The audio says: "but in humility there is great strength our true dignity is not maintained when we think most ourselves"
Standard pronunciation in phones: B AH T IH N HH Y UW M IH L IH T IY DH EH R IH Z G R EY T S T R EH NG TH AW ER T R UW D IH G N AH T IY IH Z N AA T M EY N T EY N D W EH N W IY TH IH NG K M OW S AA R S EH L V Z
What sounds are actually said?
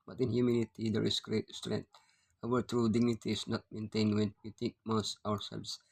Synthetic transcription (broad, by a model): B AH T IH N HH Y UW M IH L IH T IY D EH R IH S G R EY T S T R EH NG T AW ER T R UW D IH G N AH T IY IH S N AA T M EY N T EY N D W EH N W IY T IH K M OW S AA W S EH L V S